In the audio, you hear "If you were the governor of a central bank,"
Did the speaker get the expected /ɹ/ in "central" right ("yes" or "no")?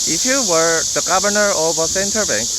no